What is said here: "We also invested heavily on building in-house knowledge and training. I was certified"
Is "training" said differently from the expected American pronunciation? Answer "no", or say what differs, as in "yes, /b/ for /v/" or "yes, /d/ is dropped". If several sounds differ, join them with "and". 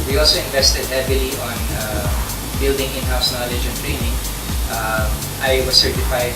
no